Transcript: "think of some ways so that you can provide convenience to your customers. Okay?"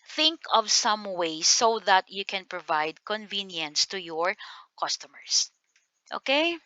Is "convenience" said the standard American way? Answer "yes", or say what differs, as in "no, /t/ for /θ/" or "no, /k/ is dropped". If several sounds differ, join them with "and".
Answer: yes